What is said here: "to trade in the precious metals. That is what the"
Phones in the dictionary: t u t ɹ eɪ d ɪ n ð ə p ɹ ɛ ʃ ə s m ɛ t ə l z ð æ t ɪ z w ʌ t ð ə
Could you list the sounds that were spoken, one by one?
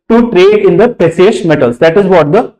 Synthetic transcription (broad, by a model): t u t ɹ eɪ d ɪ n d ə p ɹ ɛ s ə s m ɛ t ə l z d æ t ɪ z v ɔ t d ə